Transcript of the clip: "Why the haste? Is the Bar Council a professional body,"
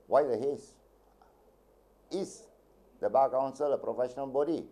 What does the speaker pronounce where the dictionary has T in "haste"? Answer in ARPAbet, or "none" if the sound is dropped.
none